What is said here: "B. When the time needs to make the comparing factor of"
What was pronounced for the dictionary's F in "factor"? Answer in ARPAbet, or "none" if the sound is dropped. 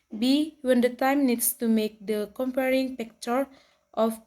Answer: P